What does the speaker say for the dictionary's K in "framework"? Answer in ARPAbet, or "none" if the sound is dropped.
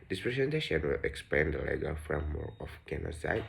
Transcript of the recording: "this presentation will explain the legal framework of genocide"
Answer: none